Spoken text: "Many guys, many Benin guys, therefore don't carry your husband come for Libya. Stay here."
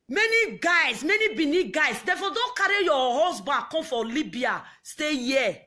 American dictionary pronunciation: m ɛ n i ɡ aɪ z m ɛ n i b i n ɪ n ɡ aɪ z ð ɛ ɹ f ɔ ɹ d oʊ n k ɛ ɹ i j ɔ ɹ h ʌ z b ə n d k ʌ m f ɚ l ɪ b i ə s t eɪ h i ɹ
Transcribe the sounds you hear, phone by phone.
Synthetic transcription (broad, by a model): m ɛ n i ɡ aɪ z m ɛ n i b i n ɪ ɡ aɪ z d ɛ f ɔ d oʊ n k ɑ ɹ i j ɔ h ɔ s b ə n k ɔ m f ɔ l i b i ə s t eɪ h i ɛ